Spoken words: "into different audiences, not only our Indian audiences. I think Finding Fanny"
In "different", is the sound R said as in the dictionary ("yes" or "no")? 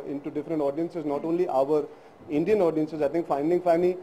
yes